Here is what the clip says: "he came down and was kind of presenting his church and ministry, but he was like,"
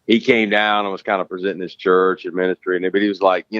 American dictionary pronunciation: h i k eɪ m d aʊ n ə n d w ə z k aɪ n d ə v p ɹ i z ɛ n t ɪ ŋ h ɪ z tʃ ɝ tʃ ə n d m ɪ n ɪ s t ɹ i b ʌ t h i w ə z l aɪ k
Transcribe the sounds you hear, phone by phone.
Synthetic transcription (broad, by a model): h i k eɪ m d aʊ n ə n w ə z k aɪ n d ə p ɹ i z ɛ t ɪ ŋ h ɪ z tʃ ɝ tʃ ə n m ɪ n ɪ s t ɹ i b ʌ t h i w ə z l aɪ k